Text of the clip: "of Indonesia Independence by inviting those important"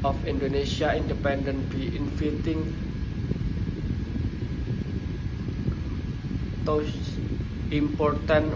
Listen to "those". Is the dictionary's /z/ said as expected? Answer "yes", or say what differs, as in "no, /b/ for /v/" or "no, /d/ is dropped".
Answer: no, /z/ is dropped